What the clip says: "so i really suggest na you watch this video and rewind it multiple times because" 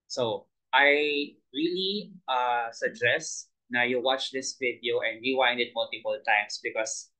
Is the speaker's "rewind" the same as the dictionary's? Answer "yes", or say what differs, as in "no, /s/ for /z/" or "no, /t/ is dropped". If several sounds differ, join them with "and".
no, /w/ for /ɹ/